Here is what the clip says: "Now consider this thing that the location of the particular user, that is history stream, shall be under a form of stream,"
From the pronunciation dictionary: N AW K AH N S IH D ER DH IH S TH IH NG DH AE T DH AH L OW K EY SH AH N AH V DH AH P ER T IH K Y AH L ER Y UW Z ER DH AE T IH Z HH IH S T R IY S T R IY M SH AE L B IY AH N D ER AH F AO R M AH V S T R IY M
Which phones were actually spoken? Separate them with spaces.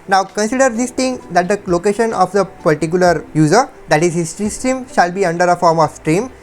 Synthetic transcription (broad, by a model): N AW K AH N S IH D ER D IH S T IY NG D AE T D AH L OW K EY SH AH N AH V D AH P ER T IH K Y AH L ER Y UW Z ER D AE T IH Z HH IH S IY S T R IY M SH AE L B IY AH N D ER AH F AO R M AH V S T R IY M